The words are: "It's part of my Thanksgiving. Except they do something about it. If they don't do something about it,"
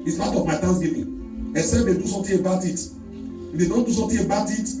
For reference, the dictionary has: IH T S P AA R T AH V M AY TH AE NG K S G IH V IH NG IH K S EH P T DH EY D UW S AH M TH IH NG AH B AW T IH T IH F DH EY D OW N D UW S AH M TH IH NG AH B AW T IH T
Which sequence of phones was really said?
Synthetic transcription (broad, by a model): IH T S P AA T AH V M AY T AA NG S G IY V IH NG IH S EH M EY D UW S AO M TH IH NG AH B AW T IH T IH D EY D OW N D UW S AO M T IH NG AH B AW T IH T